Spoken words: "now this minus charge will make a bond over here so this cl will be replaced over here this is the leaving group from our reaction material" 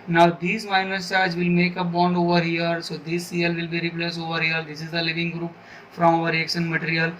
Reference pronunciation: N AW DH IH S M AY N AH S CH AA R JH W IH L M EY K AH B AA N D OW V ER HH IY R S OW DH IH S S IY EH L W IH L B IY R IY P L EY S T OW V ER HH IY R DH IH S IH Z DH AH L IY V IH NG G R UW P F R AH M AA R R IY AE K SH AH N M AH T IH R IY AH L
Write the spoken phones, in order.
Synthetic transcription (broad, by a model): N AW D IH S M AY N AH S CH AA R JH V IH L M EY K AH B AA N D OW V ER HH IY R S OW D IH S S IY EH L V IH L B IY R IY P L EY S OW V ER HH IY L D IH S IH Z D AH L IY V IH NG G R UW P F R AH M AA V R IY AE K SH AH N M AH T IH R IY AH L